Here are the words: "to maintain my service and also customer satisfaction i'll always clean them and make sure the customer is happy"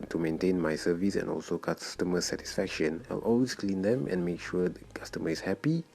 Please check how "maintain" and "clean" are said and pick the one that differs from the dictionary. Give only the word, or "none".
none